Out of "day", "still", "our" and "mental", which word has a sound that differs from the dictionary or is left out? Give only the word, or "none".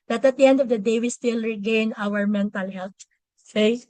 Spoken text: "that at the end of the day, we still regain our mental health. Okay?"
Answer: none